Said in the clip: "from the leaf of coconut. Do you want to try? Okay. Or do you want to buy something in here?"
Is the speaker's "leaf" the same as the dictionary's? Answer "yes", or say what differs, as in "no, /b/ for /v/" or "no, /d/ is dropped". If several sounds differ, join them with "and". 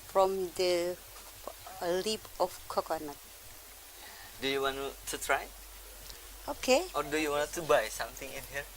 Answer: no, /p/ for /f/